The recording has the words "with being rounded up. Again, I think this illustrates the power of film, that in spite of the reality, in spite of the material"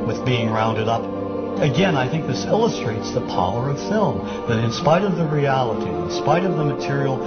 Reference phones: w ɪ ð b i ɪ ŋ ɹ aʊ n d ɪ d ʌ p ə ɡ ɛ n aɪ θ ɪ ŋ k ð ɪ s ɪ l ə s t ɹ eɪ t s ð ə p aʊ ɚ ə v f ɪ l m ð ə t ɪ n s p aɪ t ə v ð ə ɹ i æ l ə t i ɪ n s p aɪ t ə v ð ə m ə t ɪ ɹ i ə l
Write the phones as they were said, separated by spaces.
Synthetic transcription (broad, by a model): w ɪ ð b i ɪ ŋ ɹ aʊ n d ɪ d ʌ p ə ɡ ɛ n aɪ θ ɪ ŋ k ð ɪ s ɪ l ə s t ɹ eɪ t s ð ə p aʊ ɚ ə v f ɪ l m ð ə t ɪ n s p aɪ t ə v ð ə ɹ i æ l ə t i ɪ n s p aɪ t ə v ð ə m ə t ɪ ɹ i l